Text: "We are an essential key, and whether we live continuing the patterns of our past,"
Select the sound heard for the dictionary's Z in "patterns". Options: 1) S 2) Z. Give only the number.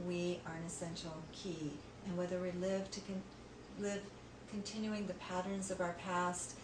2